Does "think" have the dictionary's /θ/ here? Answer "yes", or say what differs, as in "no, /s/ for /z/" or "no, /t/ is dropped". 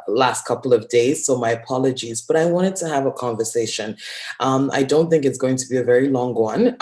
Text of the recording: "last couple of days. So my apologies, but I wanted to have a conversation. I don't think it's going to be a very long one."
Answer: yes